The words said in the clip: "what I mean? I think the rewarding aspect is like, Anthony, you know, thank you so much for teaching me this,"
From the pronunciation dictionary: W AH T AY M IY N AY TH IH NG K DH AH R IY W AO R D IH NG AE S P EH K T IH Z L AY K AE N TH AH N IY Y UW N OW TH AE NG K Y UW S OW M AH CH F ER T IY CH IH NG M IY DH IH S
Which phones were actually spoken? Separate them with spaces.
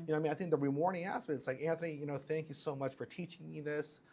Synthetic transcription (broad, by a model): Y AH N AY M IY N AY TH IH NG K DH AH R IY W AO R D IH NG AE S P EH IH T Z L AY K AE N TH AH N IY Y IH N OW TH AE NG K Y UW S OW M AH CH F ER T IY CH IH NG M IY DH IH S